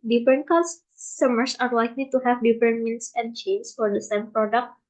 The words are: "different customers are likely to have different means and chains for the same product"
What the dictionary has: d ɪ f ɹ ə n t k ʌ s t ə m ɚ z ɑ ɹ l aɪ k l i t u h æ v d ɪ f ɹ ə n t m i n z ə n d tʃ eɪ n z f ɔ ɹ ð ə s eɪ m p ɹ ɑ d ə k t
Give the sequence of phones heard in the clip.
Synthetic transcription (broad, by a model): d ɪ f ɹ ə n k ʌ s s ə m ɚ s ɑ ɹ l aɪ k l i t u h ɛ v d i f ɹ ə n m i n s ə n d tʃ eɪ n s f ɔ ɹ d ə s eɪ m p ɹ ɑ d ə k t